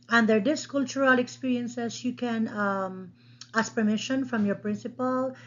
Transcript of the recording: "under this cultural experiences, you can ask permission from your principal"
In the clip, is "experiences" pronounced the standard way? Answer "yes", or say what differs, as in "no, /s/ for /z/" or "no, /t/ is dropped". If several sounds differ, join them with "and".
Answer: no, /s/ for /z/